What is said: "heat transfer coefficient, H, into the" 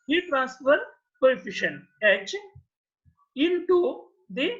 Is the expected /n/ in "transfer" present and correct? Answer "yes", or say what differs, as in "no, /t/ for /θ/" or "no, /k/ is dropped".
yes